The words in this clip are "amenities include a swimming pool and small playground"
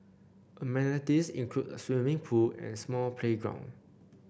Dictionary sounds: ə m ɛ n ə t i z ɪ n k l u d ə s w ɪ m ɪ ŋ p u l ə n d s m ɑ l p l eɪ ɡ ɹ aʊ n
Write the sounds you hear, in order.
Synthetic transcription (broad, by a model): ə m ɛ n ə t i s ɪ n k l u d ə s w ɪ m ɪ ŋ p u l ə n s m ɑ l p l eɪ ɡ ɹ aʊ n